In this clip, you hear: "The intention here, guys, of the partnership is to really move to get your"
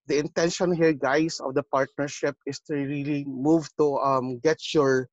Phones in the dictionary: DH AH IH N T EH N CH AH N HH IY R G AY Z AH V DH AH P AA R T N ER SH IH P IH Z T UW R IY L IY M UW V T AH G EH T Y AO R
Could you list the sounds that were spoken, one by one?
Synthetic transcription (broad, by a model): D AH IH N T EH N SH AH N HH IY R G AY S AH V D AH P AA R T N ER SH IH P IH S T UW R IY L IY M UW V T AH G EH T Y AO R